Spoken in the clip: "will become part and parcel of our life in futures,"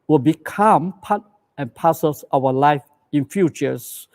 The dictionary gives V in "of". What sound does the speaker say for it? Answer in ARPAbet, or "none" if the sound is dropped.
W